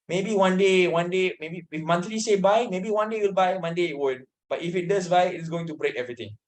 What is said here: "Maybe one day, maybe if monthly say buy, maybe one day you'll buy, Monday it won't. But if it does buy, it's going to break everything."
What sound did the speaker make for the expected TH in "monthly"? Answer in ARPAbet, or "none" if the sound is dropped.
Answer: T